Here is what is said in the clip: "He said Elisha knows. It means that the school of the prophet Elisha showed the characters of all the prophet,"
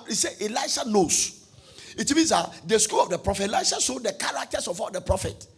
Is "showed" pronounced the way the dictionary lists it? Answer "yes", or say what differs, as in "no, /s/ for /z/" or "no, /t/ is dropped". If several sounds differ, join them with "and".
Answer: no, /s/ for /ʃ/